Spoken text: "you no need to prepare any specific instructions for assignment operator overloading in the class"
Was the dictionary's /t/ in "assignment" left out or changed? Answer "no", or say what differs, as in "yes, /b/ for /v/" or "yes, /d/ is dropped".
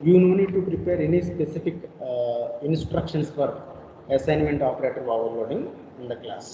no